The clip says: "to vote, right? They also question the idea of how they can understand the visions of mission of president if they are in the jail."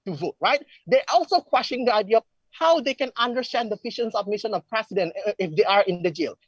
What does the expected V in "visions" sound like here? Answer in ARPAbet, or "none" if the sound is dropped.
P